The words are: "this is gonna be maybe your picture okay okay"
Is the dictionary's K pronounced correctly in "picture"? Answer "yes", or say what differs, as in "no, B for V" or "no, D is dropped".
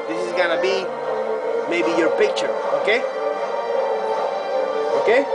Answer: yes